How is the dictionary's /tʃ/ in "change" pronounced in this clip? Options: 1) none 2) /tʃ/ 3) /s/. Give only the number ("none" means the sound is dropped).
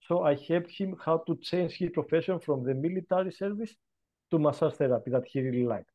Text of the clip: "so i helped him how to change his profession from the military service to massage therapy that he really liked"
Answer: 2